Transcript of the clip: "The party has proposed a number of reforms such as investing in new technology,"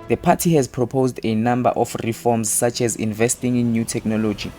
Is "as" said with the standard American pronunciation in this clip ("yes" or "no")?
yes